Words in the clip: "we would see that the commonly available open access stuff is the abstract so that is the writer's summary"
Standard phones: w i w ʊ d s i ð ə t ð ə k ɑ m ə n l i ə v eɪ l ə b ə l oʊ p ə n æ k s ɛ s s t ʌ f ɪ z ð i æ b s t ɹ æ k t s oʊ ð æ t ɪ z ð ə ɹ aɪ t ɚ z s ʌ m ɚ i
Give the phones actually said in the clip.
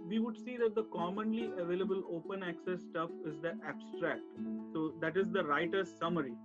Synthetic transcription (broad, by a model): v i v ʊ d s i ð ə t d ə k ɑ m ə n l i ə v eɪ l ə b ə l oʊ p ə n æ k s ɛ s s t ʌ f ɪ z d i æ b s t ɹ æ k t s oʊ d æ t ɪ z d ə ɹ aɪ t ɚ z s ʌ m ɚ i